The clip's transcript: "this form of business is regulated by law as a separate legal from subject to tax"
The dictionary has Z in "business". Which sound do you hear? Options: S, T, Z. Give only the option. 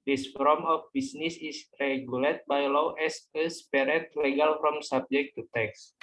S